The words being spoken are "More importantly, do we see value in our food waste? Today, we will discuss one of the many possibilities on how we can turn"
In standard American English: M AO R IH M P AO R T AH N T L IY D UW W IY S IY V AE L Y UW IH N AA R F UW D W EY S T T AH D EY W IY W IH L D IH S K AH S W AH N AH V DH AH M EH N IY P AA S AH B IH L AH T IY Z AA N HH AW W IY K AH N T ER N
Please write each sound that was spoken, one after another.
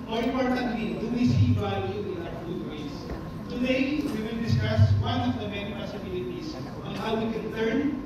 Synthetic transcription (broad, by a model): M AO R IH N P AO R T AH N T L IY D UW W IY S IY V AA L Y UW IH L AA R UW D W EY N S T AH D EY W IY W IH L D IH S K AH S W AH N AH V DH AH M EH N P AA S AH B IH L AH T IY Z AA N HH AW W IY K AH N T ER N